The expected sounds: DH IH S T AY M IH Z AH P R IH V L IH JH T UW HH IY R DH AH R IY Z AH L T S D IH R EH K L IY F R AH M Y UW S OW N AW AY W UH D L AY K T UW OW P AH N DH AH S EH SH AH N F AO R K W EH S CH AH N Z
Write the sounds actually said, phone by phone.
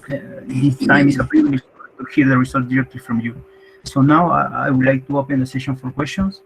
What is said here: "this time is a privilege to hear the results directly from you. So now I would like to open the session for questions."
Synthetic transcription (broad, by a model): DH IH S T AY M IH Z AH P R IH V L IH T T UW HH IY R DH AH R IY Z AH L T D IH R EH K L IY F R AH M Y UW S OW N AW AY W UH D L AY K T UW OW P AH N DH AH S EH SH AH N F AO R K W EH S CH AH N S